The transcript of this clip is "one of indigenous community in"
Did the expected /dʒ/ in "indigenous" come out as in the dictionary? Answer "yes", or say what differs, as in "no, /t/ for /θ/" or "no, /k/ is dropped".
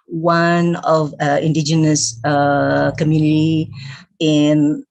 yes